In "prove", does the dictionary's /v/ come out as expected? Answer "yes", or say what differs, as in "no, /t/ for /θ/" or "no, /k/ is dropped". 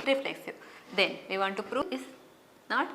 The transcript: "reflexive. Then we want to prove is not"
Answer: no, /v/ is dropped